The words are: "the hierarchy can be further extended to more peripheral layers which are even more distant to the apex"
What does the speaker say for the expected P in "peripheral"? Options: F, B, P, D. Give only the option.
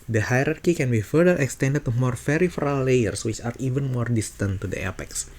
F